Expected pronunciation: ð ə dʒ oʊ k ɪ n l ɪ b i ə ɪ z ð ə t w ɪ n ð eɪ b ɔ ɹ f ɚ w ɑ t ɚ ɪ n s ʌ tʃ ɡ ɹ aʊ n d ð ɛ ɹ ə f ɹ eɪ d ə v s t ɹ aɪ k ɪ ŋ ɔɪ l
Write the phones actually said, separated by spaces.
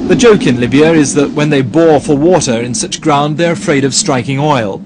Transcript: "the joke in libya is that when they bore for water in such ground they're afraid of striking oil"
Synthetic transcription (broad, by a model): ð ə dʒ oʊ k ɪ n l ɪ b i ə ɪ z ð ə t w ɪ n ð eɪ b ɔ ɹ f ɚ w ɑ t ɚ ɪ n s ʌ tʃ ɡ ɹ aʊ n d ð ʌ ɹ ə f ɹ eɪ d ə v s t ɹ aɪ k ɪ ŋ ɔɪ l